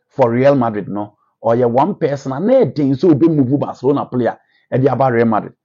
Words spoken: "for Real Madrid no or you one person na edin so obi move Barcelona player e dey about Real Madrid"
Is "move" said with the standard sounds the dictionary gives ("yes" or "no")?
no